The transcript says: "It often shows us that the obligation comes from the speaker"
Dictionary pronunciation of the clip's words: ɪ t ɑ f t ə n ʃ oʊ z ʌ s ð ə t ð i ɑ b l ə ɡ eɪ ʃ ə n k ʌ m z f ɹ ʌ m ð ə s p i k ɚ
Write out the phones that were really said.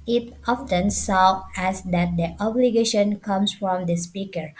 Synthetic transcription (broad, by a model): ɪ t ɑ f t ə n s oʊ ɛ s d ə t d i ɑ b l ə ɡ eɪ ʃ ə n k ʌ m s f ɹ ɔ m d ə s p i k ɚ